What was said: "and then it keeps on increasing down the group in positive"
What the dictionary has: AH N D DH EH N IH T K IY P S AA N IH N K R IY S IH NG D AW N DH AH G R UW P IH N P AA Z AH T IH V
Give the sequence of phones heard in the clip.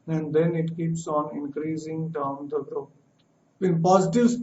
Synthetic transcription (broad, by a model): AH N D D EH N IH T K IY P S AA N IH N K R IY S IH NG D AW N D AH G R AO IH N P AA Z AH T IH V